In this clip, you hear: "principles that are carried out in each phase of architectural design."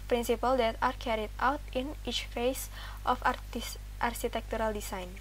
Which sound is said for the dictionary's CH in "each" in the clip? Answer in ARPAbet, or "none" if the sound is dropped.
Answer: CH